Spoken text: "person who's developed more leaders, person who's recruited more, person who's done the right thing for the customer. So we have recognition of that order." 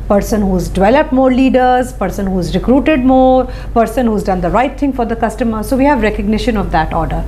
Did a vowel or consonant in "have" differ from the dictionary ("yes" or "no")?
no